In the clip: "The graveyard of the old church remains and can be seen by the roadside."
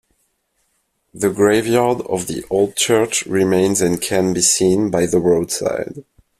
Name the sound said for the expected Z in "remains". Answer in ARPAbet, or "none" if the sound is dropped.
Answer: Z